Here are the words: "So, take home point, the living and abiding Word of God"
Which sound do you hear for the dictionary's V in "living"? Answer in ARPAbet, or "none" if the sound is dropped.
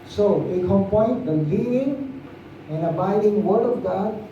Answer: none